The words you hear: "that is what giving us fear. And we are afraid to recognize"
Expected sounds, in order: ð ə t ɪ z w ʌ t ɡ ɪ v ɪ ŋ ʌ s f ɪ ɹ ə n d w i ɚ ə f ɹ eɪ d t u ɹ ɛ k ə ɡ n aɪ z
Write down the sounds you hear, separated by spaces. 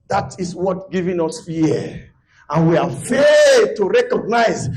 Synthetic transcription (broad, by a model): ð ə t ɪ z w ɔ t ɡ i v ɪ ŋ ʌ s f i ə n w i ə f eɪ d t u ɹ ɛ k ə ɡ n aɪ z